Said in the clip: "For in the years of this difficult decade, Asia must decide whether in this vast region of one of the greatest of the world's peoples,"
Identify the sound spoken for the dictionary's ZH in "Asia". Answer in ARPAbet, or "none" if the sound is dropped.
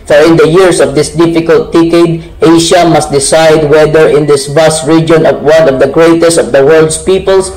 SH